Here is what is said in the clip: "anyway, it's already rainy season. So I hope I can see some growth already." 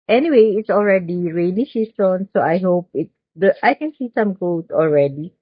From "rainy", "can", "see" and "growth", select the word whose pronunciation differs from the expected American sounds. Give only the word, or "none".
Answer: growth